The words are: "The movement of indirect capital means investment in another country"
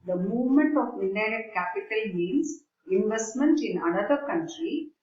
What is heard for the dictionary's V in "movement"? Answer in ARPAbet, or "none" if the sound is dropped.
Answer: V